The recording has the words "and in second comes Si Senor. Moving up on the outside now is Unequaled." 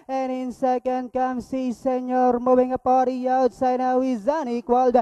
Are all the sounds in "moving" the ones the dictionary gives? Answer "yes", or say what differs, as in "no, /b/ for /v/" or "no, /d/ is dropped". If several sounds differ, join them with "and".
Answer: no, /w/ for /v/